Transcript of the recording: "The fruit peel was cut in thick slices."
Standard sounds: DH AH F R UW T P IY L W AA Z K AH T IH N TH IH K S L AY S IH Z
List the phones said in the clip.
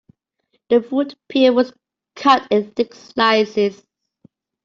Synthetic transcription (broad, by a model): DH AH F UW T P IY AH W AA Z K AH T IH N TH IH K S L AY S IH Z